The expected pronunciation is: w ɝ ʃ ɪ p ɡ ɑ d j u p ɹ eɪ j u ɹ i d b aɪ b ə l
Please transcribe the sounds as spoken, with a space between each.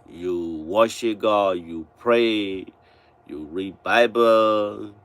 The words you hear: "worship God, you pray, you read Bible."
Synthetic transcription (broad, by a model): w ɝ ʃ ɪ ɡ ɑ j u p ɹ eɪ j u ɹ i d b aɪ b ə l